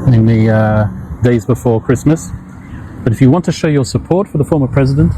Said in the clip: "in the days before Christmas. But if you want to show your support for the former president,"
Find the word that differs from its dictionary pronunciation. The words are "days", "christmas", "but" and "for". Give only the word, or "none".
none